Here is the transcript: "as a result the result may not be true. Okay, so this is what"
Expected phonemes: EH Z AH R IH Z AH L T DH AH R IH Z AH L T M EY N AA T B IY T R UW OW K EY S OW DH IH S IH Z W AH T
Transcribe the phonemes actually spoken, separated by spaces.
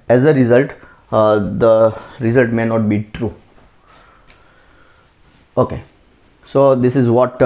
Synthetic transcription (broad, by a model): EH Z AH R IH Z AH L T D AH R IH Z AH L T M EY N AA T B IY T R UW OW K EY S OW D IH S IH Z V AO T